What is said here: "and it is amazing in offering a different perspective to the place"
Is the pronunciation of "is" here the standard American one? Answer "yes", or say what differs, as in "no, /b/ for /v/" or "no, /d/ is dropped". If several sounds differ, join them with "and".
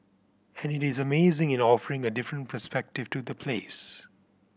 yes